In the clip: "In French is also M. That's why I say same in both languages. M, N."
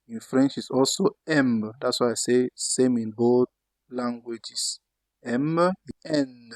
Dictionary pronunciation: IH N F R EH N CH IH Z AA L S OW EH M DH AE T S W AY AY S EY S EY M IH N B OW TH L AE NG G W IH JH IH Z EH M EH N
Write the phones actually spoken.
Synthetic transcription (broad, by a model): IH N F R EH N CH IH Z AA L S OW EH M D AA T S W AY AY S EY S EY M IH N B OW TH L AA NG G W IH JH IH S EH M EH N